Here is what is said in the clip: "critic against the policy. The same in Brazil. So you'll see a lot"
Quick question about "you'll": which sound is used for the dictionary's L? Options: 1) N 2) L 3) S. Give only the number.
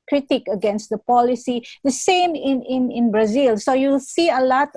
2